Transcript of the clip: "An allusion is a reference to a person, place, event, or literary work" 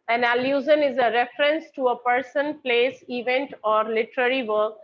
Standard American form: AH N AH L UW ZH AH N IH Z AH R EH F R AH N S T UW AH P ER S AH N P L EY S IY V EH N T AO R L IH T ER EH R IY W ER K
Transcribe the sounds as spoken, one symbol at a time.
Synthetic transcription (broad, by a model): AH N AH L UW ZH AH N IH Z AH R EH F R AH N S T UW AH P ER S AH N P L EY S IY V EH N T AO R L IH T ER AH R IY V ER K